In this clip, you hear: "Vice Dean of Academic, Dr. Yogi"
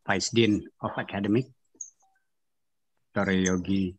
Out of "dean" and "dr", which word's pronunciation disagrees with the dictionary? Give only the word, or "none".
dr